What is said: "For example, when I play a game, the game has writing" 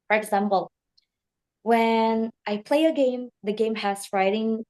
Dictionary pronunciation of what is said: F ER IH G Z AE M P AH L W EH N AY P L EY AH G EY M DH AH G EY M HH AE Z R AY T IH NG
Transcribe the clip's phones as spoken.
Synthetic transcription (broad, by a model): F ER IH G Z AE M P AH L W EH N AY P L EY AH G EY M DH AH G EY M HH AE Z R AY T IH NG